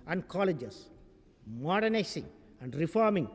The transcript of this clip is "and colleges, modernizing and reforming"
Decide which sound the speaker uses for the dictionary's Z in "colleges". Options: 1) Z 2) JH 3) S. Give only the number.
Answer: 3